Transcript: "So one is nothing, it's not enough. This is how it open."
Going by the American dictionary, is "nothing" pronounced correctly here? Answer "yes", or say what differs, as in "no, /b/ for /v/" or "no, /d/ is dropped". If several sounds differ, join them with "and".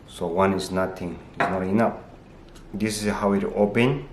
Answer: no, /t/ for /θ/